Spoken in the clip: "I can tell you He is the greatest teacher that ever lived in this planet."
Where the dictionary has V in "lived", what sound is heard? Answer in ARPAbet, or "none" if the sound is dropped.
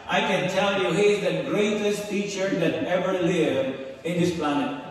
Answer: none